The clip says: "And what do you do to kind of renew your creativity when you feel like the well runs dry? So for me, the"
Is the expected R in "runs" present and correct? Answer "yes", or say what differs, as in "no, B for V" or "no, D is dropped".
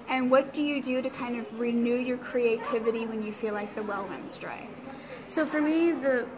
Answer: no, W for R